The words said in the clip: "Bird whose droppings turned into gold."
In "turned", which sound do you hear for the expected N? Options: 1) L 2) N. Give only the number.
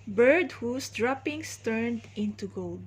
2